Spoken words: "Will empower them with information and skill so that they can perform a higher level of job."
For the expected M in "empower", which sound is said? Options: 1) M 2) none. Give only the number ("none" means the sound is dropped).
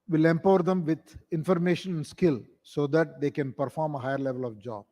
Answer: 1